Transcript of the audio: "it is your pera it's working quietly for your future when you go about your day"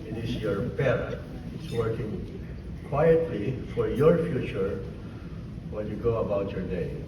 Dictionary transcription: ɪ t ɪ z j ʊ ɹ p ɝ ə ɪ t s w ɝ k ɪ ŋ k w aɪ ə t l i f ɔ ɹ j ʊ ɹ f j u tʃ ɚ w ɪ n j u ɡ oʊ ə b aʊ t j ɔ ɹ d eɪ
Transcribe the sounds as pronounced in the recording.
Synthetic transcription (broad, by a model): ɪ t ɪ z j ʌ ɹ b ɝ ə ɪ t s w ɝ k ɪ ŋ k w aɪ ə t l i f ɔ ɹ j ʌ ɹ f j u tʃ ɚ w ɪ l j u ɡ oʊ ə b aʊ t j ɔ ɹ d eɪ